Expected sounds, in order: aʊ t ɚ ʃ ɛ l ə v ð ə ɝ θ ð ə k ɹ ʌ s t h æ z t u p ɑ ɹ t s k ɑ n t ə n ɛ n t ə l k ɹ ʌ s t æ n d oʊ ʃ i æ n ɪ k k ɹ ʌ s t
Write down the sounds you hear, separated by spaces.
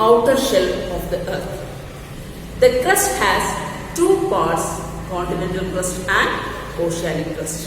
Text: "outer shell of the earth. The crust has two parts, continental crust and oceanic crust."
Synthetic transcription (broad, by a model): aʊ t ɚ ʃ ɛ l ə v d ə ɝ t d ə k ɹ ʌ s t h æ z t u p ɑ ɹ t s k ɑ n t ə n ɛ n t ə l k ɹ ʌ s t æ n d oʊ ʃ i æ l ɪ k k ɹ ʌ s t